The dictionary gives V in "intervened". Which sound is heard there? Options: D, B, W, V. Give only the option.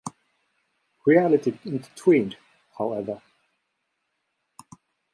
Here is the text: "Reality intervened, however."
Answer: W